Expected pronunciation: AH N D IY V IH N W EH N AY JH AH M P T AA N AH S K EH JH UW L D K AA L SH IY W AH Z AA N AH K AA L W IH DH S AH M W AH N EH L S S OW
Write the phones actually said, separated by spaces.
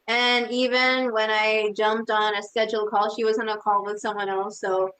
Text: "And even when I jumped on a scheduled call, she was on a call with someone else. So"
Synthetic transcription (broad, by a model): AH N IY V IH N W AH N AY JH AH M P T N AH S K EH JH L K AA L SH IY W AH Z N AH K AA L W IH DH S AH M W AH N EH L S S OW